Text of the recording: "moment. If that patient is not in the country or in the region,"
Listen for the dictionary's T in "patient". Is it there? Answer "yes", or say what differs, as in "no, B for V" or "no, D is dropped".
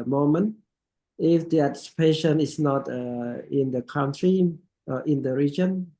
no, T is dropped